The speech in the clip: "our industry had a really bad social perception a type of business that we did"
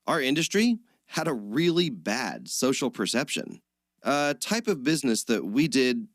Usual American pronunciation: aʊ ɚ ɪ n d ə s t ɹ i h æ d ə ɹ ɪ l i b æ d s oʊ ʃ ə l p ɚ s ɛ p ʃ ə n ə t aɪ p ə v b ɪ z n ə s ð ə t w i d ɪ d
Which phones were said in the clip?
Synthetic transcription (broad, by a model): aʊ ɚ ɪ n d ə s t ɹ i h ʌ d ə ɹ ɪ l i b æ d s oʊ ʃ l p ɚ s ɛ p ʃ ə n ə t aɪ p ə v b ɪ z n ə s ð ə t w i d ɪ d